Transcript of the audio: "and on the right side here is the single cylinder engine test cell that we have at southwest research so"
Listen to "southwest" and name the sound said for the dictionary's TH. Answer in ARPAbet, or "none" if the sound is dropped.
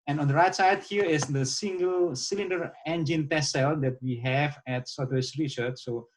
T